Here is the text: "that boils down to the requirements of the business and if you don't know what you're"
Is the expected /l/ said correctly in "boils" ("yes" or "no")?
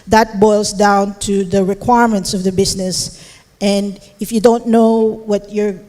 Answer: yes